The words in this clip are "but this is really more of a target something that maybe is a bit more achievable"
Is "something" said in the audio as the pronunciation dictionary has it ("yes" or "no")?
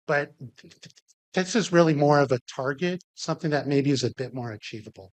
yes